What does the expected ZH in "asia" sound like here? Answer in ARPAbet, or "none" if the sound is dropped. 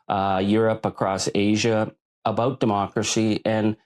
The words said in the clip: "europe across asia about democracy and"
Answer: ZH